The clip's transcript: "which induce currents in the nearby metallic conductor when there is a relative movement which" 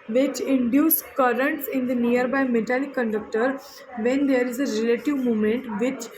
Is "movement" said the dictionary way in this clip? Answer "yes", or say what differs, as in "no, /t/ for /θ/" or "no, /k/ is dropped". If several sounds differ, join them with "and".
no, /v/ is dropped